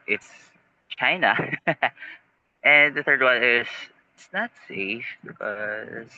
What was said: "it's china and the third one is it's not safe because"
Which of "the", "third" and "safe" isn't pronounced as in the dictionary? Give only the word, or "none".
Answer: none